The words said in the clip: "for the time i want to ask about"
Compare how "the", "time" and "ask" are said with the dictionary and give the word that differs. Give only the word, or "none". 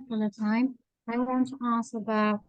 ask